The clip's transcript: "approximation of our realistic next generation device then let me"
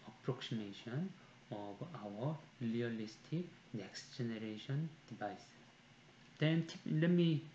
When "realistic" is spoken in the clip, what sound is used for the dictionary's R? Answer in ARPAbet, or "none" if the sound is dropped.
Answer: L